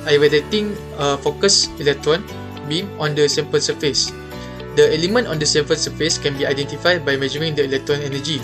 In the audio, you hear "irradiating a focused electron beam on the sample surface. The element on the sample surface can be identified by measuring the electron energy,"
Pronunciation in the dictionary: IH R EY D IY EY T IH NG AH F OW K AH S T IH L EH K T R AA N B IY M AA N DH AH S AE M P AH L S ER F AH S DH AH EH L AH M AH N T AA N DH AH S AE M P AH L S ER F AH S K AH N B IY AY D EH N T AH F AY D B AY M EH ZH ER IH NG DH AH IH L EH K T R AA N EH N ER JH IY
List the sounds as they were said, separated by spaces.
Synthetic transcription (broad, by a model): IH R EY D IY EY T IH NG AH F OW K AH S IH L EH K T R AA N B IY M AA N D AH S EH M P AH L S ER F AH S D AH EH L AH M AH N T AA N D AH S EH M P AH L S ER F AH S K AH N B IY AY D EH N T AH F AY D B AY M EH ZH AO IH NG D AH IH L EH K T R AA N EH N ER JH IY